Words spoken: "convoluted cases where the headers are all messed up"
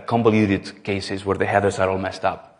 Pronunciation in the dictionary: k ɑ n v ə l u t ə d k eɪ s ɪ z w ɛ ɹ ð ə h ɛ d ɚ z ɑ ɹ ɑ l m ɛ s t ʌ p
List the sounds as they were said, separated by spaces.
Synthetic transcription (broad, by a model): k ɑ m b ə l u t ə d k eɪ s ɪ z w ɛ ɹ ð ə h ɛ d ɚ s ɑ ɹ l m ɛ s t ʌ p